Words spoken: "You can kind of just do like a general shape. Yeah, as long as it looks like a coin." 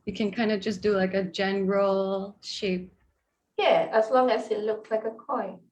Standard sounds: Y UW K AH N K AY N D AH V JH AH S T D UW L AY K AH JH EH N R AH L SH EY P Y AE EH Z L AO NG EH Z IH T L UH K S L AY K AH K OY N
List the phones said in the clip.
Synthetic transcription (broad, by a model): Y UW K AH N K AY N D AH JH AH S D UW L AY K AH JH EH N R AH L SH EY P Y AE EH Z L AO NG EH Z IH T L UH K S L AY K AH K OY N